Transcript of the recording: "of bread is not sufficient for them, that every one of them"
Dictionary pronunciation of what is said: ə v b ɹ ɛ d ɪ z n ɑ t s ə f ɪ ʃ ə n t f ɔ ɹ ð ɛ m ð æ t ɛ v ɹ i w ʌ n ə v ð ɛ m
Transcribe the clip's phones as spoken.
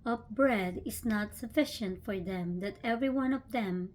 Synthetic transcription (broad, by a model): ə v b ɹ ɛ d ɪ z n ɑ t s ə f ɪ ʃ ə n t f ɔ ɹ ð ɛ m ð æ t ɛ v ɹ i w ʌ n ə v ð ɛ m